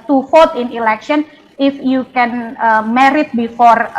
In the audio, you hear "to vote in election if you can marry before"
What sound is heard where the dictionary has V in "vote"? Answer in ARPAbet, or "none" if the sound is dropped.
F